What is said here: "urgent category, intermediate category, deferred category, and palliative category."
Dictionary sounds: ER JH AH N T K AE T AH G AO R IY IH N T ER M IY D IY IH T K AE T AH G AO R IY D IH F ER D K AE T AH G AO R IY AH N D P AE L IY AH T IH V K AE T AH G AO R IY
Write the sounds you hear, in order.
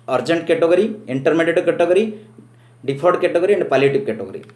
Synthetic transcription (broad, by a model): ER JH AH N T K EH T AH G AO R IY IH N T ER M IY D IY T K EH T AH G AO R IY D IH P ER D K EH T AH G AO R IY AH N D P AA L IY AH T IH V K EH T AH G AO R IY